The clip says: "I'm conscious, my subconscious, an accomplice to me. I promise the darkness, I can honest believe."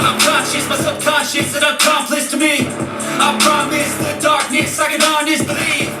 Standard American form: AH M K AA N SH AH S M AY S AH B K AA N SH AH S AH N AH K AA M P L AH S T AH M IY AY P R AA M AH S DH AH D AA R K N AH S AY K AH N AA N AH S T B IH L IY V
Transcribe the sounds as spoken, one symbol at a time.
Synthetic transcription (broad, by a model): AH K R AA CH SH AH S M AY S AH K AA SH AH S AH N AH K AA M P L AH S T AH M IY AY P R AA M AH S DH AH D AA R K N AH S AY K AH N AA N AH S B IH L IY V